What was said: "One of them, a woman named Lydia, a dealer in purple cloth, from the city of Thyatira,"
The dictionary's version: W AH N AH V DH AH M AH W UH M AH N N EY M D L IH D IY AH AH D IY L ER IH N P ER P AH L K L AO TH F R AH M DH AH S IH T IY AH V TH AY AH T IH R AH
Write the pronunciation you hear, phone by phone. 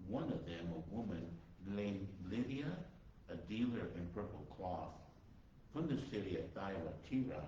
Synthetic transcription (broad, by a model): W AH N AH V DH AH M AH W UH M AH N L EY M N L IH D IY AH AH D IY L ER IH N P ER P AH L K L AO TH F R AH M DH AH S IH T IY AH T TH AY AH T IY R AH